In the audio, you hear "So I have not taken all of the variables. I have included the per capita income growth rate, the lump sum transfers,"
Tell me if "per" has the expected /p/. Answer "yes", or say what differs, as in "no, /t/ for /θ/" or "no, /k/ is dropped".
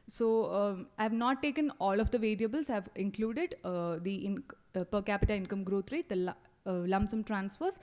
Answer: yes